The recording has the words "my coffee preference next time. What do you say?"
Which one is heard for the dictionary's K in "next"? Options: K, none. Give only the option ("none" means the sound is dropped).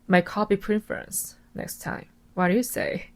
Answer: K